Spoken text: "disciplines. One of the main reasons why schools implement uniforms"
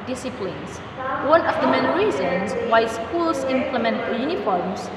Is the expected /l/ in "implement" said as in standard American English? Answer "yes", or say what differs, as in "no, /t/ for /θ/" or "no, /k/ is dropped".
yes